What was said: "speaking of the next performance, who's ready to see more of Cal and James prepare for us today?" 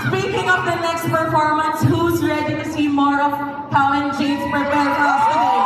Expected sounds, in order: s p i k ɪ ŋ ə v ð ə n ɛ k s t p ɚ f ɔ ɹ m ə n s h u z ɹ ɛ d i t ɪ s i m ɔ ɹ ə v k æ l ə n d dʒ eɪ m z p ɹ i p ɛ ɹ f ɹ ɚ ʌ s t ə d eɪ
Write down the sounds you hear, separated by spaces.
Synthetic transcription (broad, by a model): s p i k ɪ ŋ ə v ð ə n ɛ k s t p ɚ f ɔ ɹ m ə n s h u z ɹ ɛ d i t ɪ s i m ɔ ɹ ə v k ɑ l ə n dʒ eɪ z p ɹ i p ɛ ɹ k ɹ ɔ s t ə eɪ